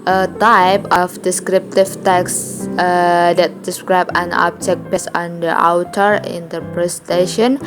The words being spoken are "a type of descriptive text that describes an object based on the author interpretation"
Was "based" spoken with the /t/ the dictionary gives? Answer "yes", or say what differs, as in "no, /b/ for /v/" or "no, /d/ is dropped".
no, /t/ is dropped